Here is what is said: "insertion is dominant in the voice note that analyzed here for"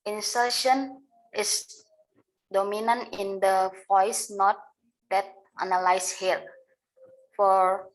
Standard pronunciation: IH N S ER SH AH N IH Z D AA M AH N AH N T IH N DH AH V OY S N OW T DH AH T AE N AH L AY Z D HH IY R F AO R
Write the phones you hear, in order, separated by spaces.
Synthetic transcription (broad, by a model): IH N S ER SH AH N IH S D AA M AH N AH N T IH N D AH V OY S N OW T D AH T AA N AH L AY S HH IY L F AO R